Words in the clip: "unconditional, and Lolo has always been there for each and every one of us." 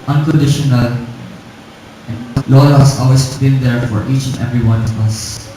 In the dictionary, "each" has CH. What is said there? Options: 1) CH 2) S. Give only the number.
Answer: 1